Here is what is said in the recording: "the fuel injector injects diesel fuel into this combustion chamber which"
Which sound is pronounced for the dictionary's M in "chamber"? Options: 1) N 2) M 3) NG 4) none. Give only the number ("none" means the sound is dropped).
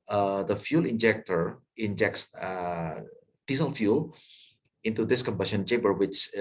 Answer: 4